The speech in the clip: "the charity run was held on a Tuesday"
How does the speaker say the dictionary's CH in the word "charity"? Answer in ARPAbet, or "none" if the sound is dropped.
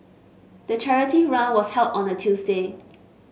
CH